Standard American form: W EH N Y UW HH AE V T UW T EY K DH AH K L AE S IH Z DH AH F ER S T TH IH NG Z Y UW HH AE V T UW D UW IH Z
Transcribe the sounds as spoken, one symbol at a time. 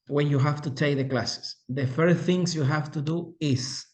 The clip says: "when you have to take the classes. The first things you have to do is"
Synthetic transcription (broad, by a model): W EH N Y UW HH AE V T UW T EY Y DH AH K L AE S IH S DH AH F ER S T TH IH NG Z Y UW HH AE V T UW D UW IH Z